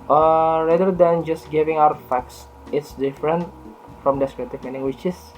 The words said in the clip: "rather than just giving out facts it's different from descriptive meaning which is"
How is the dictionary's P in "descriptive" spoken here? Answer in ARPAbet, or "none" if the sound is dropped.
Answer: none